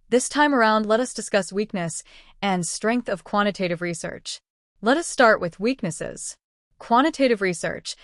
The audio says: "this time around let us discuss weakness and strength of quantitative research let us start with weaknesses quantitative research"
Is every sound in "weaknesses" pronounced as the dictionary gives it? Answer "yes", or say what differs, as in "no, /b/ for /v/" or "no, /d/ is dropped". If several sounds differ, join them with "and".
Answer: yes